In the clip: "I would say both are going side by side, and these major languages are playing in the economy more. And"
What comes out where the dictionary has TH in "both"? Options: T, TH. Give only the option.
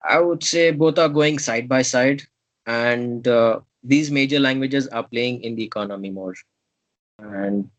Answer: T